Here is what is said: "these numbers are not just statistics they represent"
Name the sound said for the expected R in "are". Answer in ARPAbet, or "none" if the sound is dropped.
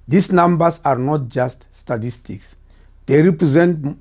R